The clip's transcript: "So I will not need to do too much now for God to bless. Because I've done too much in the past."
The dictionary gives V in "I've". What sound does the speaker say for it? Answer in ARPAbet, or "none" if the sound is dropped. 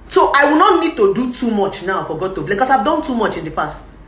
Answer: V